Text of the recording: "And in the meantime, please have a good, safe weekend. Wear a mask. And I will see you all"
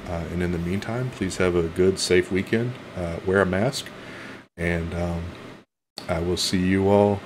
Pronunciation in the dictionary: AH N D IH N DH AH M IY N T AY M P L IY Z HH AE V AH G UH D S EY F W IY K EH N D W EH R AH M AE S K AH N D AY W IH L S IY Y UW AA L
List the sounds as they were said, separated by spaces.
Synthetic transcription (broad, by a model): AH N IH N DH AH M IY N T AY M P L IY Z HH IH V AH G UH D S EY F W IY K EH N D W EH R AH M AE S K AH N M AY W IH L S IY Y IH AA L